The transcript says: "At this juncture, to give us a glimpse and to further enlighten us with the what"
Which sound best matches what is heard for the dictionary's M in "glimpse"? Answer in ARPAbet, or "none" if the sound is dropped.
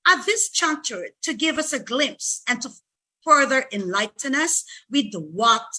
M